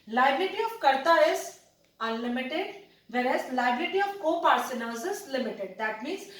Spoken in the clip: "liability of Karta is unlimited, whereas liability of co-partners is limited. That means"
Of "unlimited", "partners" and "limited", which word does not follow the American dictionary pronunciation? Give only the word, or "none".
partners